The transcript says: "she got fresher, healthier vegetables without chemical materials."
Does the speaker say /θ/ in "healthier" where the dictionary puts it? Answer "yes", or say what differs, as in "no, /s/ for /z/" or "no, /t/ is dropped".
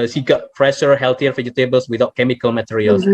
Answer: no, /t/ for /θ/